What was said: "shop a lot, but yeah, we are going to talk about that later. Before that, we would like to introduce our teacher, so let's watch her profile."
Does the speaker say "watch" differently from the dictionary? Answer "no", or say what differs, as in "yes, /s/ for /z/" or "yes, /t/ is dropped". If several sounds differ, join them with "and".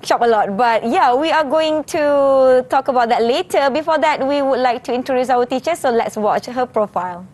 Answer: no